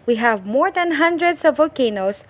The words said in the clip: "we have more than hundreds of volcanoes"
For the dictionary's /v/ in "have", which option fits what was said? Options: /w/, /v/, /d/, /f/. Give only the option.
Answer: /v/